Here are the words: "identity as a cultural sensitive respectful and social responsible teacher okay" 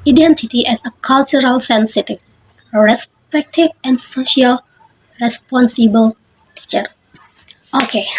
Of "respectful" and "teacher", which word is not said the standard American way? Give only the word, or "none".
respectful